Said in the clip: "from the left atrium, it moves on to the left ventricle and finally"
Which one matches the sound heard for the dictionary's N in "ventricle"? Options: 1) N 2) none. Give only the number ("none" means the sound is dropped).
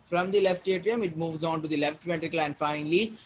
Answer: 2